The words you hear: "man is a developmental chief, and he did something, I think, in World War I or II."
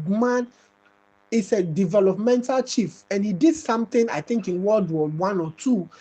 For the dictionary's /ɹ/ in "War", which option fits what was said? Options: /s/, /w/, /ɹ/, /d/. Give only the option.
/w/